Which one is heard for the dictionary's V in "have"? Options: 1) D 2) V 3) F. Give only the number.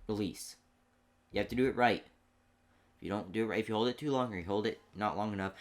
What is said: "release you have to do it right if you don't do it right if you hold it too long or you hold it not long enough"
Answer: 3